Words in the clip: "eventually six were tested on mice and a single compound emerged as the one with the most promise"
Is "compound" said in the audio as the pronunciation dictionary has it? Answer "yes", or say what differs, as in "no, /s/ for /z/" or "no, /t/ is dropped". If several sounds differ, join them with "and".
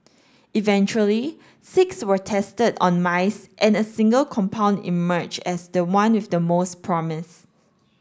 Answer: yes